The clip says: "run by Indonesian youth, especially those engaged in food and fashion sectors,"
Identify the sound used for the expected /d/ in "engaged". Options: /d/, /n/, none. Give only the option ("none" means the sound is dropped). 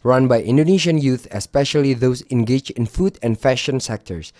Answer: none